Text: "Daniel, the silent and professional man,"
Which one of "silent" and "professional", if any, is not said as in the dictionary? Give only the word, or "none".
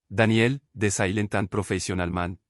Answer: professional